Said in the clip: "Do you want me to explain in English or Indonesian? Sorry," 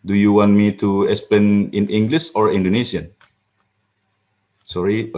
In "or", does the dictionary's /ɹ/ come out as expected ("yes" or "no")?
yes